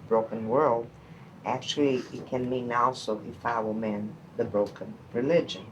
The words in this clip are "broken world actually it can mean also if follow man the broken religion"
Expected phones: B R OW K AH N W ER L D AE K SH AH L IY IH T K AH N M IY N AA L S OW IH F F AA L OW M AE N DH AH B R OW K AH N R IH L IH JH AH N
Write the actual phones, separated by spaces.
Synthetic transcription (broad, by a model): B R OW K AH N W ER L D AE K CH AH L IY IH T K AH N M IY N AA L S OW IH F F AA W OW M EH N DH AH B R OW K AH N R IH L IH JH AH N